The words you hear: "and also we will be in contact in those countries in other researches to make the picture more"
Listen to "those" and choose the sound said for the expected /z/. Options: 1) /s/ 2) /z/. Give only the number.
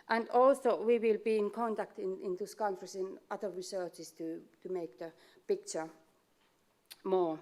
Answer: 1